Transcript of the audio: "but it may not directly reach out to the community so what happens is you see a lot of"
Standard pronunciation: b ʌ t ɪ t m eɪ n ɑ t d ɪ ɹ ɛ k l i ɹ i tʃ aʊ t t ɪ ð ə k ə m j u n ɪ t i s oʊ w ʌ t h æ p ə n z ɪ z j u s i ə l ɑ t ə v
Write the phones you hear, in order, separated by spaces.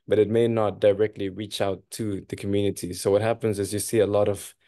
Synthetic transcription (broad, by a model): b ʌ t ɪ t m eɪ n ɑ t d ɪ ɹ ɛ k l i ɹ i tʃ aʊ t t ɪ ð ə k ə m j u n ɪ t i s oʊ w ʌ t h æ p ə n z ɪ z j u s i ə l ɑ t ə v